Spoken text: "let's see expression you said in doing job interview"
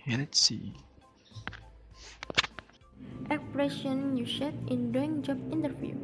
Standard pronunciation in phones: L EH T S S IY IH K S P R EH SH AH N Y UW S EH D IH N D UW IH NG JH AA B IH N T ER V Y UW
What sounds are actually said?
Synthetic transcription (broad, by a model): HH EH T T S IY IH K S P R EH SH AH N Y UW SH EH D IH N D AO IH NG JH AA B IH N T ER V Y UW